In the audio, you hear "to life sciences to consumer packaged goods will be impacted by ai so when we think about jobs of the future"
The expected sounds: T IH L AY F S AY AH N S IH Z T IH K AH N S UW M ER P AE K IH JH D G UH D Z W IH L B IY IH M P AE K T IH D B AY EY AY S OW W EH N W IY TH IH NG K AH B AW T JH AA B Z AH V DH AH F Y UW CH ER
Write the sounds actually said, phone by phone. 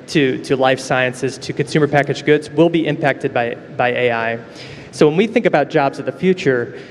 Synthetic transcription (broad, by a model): T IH L AY F S AY AH N S IH Z T IH K AH N S UW M ER P AE K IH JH G UH D Z W IH L B IY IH M P AE K T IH D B AY EY AY S OW W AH N W IY TH IH NG K AH B AW T JH AA B Z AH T DH AH F Y UW CH ER